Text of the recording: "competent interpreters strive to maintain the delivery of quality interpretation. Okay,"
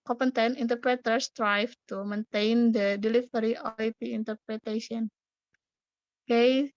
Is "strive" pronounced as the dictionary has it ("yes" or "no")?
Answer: no